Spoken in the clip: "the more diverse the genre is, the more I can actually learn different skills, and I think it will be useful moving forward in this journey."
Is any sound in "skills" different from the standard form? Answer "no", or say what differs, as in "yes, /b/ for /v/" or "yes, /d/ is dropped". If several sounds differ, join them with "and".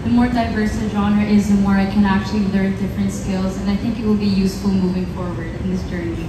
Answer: no